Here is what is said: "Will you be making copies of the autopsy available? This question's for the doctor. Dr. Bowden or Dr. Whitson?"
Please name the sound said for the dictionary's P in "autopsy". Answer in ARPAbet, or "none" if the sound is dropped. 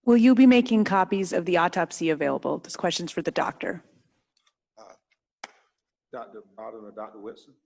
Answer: P